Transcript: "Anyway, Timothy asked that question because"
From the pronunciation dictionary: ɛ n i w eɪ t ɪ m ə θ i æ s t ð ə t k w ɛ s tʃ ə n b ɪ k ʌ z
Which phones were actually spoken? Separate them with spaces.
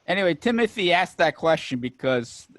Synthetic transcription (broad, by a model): ɛ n i w eɪ t ɪ m ə θ i æ s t ð ə t k w ɛ s tʃ ə n b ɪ k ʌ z